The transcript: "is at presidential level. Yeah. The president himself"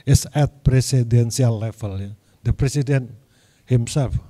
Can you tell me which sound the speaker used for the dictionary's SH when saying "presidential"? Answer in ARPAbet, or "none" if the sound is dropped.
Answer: S